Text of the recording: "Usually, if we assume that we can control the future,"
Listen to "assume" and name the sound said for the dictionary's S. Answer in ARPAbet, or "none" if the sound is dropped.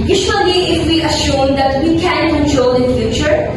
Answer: SH